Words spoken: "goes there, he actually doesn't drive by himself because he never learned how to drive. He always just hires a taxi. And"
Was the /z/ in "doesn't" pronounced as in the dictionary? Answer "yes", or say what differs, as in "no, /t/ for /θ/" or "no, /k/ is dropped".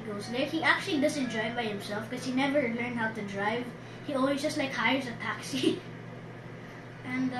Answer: no, /s/ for /z/